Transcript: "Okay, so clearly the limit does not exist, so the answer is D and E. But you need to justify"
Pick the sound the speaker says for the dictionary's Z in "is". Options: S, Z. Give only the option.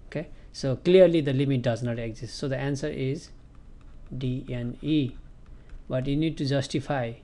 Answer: Z